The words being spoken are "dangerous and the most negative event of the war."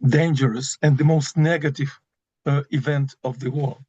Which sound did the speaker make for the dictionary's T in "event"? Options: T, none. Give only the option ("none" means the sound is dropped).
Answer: T